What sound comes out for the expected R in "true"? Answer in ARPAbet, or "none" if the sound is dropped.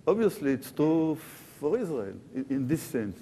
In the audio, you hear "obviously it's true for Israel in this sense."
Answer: none